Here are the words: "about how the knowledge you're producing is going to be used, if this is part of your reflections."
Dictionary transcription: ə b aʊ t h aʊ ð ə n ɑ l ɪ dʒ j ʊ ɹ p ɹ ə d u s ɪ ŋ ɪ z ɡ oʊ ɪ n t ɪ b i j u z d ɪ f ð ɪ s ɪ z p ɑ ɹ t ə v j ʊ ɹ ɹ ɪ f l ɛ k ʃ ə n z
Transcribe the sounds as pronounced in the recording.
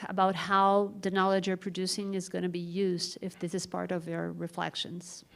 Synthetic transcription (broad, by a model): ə b aʊ t h aʊ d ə n ɑ l ɪ dʒ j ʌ ɹ p ɹ ə d u s ɪ ŋ ɪ z ɡ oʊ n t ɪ b i j u z d ɪ f ð ɪ s ɪ z p ɑ ɹ t ə v j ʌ ɹ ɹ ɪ f l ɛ k ʃ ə n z